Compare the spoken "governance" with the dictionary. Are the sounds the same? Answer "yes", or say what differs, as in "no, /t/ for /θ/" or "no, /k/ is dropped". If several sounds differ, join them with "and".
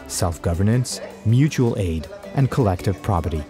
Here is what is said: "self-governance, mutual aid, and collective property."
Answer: yes